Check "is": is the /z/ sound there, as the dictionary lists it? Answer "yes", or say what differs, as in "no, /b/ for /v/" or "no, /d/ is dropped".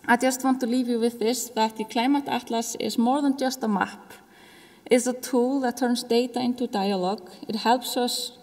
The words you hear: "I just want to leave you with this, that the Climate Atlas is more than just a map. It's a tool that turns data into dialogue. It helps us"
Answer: no, /s/ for /z/